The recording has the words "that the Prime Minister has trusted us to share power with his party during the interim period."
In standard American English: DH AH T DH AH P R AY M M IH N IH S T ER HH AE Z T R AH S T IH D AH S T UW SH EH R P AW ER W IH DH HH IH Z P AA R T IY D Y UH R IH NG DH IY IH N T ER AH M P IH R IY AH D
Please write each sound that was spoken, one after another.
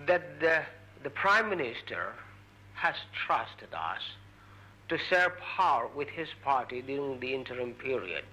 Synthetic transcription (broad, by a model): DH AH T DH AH P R AY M M IH N IH S T ER HH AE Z T R AH S T IH D AH S T UW S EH R P AW ER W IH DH HH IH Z P AA R T IY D Y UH R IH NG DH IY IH N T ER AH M P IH R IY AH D